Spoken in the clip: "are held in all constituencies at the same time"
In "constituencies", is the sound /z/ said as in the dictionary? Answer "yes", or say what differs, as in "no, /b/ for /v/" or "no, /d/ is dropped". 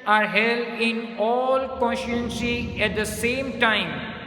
no, /z/ is dropped